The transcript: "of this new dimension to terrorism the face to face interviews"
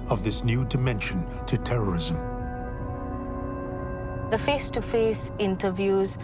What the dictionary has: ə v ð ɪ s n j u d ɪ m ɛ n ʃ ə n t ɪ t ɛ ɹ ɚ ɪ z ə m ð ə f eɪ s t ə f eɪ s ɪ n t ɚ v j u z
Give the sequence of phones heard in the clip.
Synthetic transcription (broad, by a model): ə v ð ɪ s n j u d ɪ m ɛ n ʃ ə n t ɪ t ɛ ɹ ɚ ɪ z ə m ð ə f eɪ s t ə f eɪ s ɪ n t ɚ v j u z